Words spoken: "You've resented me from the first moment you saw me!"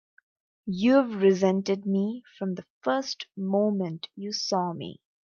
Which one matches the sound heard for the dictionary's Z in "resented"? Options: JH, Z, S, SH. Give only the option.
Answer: Z